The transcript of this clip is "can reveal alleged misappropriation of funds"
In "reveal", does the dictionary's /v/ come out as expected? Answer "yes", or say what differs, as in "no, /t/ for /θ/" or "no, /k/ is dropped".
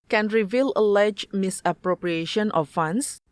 yes